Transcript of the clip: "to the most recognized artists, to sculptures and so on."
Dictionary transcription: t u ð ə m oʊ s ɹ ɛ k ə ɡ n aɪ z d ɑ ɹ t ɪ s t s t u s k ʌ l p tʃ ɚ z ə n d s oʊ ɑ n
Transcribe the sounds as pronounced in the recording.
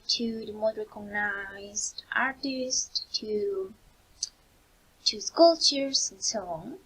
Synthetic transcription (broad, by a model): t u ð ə m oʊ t ɹ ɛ k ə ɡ n aɪ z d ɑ ɹ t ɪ s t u t u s k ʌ l tʃ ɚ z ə n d s oʊ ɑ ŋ